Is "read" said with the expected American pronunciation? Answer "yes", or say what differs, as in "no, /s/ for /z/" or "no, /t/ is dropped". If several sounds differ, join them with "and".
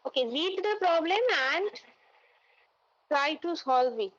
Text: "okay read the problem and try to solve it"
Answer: no, /l/ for /ɹ/